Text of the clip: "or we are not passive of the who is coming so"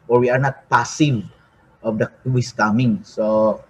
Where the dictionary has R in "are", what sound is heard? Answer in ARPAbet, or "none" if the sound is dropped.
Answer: R